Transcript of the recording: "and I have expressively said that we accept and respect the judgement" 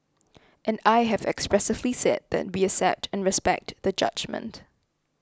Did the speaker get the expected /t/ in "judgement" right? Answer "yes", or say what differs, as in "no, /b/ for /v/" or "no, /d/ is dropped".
yes